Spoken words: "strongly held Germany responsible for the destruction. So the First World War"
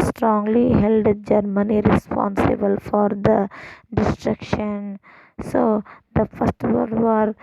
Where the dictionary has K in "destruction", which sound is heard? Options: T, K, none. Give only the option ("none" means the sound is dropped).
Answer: K